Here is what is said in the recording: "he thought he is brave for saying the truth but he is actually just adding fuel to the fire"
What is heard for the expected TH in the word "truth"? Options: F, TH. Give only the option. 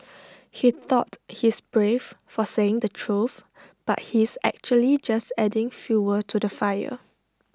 F